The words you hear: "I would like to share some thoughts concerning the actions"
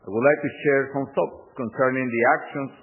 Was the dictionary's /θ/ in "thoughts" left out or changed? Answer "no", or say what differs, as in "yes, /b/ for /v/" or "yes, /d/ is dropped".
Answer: yes, /t/ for /θ/